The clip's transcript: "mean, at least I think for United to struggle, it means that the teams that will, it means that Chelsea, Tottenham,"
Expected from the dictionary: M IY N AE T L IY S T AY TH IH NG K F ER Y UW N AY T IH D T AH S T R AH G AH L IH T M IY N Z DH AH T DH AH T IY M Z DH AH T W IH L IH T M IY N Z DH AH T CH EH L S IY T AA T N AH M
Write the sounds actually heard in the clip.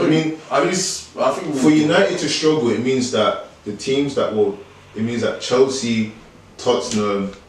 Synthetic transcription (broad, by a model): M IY N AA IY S AY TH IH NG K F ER Y UW N AY T IH D T AH S T R AH G AH L IH T M IY N Z DH AH T DH AH T IY M Z DH AH T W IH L IH T M IY N Z DH AH T CH EH L S IY T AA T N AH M